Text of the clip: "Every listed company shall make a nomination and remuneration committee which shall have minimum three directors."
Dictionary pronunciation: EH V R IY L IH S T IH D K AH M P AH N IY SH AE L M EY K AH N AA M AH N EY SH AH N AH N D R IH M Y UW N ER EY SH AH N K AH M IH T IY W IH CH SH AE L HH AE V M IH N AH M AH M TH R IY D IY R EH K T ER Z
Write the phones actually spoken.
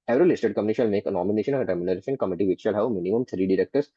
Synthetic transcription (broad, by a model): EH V R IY L IH S T IH D K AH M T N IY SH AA L M EY K AH N AA M AH N EY SH AH N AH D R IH M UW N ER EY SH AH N K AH M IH T IY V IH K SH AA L HH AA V M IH N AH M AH M T R IY D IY R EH K T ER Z